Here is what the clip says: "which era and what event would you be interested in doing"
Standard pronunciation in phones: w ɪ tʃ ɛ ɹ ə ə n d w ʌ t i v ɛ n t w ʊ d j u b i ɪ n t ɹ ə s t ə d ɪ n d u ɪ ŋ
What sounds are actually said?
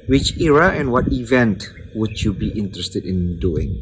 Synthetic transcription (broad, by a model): w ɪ tʃ ɛ ɹ ə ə n w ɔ t i v ɛ n t w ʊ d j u b i ɪ n t ɹ ə s t ə d ɪ n d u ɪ ŋ